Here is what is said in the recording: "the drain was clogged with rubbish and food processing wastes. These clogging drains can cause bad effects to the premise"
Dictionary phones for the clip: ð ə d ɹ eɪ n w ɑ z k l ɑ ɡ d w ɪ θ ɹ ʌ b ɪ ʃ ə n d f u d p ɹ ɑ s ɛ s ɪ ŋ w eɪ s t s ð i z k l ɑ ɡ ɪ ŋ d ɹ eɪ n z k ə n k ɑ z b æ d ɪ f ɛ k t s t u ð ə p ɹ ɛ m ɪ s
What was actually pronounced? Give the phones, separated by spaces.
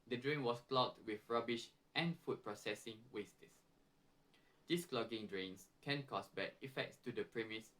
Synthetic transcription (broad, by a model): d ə d ɹ eɪ n w ɑ s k l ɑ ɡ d w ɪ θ ɹ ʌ b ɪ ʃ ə n f u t p ɹ ɑ s ɛ s ɪ ŋ w eɪ s t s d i s k l ɑ ɡ ɪ ŋ d ɹ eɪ n s k ə n k ɑ s b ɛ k ɪ f ɛ k t s t u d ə p ɹ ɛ m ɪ s